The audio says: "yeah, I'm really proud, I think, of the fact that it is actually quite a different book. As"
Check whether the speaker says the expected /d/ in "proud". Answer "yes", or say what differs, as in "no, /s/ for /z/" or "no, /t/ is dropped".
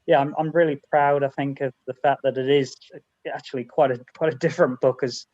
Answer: yes